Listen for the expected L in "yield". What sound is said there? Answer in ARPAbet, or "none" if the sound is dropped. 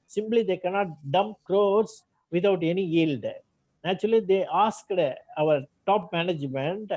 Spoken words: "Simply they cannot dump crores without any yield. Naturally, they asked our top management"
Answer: L